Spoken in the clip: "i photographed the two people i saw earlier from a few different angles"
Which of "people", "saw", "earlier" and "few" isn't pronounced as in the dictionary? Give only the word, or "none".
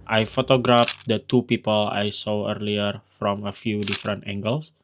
none